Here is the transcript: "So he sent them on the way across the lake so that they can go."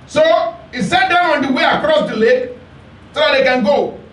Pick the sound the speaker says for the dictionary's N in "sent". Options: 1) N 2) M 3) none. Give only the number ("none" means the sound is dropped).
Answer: 3